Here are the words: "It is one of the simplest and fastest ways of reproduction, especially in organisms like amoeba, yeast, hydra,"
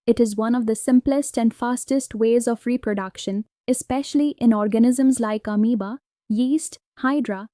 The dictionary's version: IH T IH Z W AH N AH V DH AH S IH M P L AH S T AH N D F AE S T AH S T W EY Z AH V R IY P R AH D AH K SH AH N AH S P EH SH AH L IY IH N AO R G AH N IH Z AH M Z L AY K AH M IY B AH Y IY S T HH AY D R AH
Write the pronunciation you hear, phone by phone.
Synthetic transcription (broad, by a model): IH T IH Z W AH N AH V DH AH S IH M P L AH S T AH N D F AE S T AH S T W EY Z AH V R IY P R AH D AH K SH AH N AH S P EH SH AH L IY IH N AO R G AH N IH Z AH M Z L AY K AH M IY B AH Y IY S T HH AY D R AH